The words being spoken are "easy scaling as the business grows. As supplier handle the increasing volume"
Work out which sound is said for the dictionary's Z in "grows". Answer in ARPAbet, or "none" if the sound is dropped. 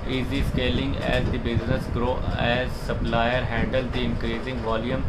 none